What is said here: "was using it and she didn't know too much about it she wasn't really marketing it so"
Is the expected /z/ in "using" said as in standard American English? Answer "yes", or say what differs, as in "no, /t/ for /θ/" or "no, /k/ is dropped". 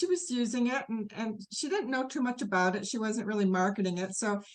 yes